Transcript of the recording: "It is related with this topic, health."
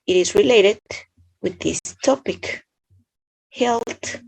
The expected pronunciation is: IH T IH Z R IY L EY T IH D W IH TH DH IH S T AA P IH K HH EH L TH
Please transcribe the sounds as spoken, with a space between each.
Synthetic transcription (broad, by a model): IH T IH Z R IY L EY T IH D W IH DH IH S T AA P IH K HH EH L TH